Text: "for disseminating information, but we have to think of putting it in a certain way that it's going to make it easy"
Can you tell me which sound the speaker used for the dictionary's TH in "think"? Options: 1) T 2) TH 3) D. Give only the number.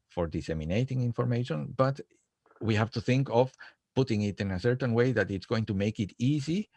2